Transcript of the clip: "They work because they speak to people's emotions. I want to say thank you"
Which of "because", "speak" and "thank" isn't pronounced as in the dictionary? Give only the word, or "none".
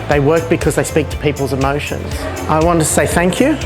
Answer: none